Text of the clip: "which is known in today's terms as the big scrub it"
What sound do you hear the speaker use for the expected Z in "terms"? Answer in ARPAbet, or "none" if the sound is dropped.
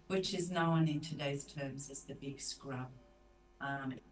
Z